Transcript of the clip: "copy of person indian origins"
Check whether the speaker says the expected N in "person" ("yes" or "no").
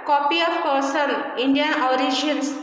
no